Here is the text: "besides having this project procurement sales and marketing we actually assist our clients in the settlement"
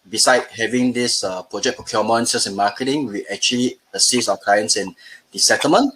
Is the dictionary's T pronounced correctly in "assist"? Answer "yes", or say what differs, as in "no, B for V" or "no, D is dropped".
no, T is dropped